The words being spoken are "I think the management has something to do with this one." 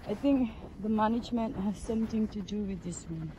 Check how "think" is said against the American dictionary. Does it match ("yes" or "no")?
no